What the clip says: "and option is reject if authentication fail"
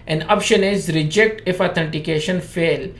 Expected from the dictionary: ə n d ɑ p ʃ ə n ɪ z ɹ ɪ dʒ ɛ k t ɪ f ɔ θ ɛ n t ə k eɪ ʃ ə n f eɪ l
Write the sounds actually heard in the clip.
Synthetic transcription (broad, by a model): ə n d ɑ p ʃ ə n ɪ z ɹ ɪ dʒ ɛ k t ɪ f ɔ t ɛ n t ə k eɪ ʃ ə n f eɪ l